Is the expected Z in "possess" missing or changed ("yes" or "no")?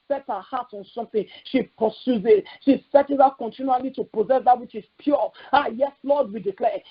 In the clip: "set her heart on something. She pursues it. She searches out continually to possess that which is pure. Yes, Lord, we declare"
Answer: no